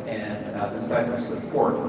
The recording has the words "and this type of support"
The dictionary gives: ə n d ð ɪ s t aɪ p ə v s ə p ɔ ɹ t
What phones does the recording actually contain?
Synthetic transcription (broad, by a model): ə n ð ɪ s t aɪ ə s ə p ɔ ɹ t